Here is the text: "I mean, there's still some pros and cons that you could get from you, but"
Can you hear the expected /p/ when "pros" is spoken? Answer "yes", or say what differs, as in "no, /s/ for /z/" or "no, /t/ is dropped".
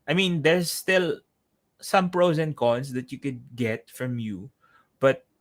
yes